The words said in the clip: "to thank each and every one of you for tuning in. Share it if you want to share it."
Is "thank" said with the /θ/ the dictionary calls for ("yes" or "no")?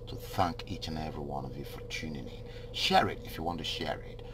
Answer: yes